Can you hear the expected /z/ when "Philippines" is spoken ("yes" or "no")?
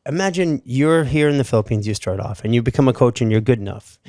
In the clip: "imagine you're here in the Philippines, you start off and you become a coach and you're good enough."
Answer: yes